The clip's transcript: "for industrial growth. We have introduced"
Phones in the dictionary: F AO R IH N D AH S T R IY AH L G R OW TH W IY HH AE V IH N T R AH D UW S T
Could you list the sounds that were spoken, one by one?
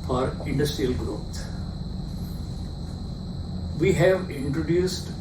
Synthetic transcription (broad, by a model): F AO R IH N D AH S T R IY AH L G R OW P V IY HH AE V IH N T R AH D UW S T